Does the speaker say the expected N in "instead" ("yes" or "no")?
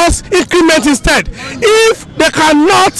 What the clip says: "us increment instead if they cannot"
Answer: yes